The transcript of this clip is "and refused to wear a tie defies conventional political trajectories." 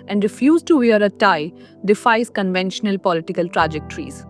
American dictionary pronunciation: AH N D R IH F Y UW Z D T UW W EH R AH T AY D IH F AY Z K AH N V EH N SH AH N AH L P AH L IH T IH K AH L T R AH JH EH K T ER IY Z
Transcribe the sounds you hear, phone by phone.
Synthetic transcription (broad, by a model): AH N D R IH F Y UW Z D T UW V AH R AH T AY D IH F AY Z K AH N V EH N SH AH N AH L P AH L IH T IH K AH L T R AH JH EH K T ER IY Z